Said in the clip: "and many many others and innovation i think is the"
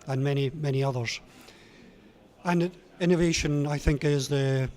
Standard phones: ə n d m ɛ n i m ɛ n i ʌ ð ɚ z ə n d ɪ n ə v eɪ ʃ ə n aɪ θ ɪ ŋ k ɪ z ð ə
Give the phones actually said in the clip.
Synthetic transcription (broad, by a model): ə n m ɛ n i m ɛ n i ʌ ð ɚ z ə n ɪ n ə v eɪ ʃ ə n aɪ θ ɪ ŋ k ɪ z ð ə